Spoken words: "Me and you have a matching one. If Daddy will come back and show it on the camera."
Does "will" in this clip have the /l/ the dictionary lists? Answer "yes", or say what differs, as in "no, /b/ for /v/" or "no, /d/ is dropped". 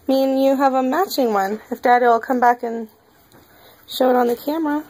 yes